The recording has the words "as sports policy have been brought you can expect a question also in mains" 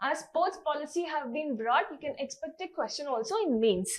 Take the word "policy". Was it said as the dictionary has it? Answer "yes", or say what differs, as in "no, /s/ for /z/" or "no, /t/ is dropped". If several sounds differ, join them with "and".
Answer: yes